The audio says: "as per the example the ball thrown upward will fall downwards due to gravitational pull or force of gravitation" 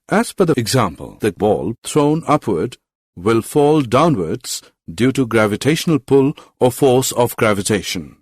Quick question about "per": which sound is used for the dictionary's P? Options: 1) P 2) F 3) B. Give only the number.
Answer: 2